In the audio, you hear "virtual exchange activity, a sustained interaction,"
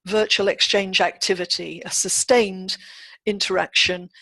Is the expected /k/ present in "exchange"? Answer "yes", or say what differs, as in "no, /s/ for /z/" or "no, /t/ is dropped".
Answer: yes